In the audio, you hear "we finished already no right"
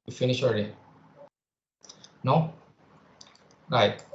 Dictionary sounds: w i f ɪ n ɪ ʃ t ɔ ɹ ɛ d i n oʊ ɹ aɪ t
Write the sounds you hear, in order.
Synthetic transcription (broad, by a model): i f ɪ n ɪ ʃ ɔ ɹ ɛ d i n oʊ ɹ aɪ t